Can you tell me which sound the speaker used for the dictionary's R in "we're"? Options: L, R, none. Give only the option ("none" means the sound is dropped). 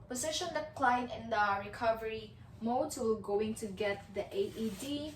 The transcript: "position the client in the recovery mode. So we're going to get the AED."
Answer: L